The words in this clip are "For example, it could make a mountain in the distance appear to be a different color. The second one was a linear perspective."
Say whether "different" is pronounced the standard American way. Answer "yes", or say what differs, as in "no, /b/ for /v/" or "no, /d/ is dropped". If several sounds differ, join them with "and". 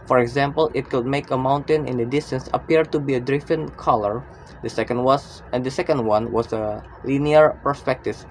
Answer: no, /ɹ/ is dropped